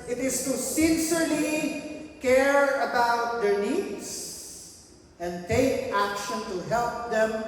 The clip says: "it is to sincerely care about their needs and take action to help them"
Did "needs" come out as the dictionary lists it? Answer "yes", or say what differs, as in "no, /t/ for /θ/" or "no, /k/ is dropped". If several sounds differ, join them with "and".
no, /s/ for /z/